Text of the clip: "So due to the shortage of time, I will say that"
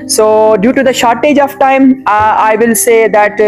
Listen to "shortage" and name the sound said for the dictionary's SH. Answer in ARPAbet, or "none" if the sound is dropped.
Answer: SH